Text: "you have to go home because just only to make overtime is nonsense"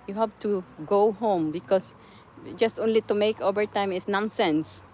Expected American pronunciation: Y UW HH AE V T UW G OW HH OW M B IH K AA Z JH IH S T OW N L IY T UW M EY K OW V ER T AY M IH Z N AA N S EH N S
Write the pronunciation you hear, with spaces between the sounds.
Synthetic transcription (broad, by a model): Y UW HH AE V T UW G OW HH OW M B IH K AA S JH IH S T OW N L IY T UW M EY K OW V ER T AY M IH S N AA N S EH N S